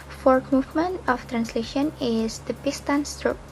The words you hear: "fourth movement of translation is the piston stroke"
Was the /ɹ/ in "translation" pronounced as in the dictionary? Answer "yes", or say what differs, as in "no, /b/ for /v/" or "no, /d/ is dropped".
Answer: yes